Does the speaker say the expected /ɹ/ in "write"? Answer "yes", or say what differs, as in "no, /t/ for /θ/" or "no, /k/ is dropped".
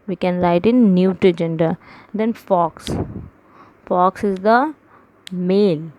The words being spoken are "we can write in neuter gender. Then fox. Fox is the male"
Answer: no, /l/ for /ɹ/